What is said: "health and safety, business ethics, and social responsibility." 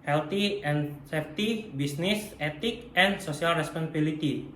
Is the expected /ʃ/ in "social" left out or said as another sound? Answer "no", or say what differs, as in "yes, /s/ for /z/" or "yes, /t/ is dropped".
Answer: yes, /s/ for /ʃ/